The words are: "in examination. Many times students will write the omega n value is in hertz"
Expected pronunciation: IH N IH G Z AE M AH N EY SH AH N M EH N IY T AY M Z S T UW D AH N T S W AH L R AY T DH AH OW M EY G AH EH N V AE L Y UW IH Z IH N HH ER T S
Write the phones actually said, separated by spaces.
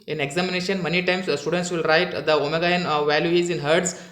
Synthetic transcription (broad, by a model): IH N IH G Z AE M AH N EY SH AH N M EH N IY T AY M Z S T UW D AH N T S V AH L R AY T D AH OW M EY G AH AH N V AE L Y UW IH Z IH N HH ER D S